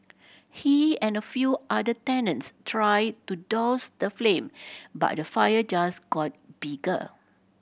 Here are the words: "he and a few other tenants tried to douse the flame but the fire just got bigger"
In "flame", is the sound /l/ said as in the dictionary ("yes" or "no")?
yes